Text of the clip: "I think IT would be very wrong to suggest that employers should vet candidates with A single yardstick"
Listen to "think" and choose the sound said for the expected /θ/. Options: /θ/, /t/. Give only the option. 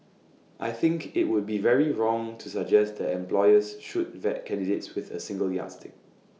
/θ/